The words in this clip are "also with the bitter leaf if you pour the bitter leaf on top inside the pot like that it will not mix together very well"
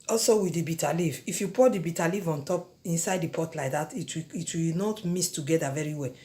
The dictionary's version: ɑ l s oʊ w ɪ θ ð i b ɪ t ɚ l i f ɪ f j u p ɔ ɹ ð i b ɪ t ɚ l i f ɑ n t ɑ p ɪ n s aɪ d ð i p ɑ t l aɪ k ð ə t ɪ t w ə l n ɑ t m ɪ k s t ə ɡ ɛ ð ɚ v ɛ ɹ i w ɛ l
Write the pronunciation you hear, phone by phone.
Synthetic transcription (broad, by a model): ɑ l s oʊ w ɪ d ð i b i t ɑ l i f ɪ f j u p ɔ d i b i t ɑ l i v ɑ n t ɑ p ɪ n s aɪ d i p ɑ t l aɪ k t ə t ɪ t w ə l n ɑ t m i s t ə ɡ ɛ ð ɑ v ɛ ɹ i w ɛ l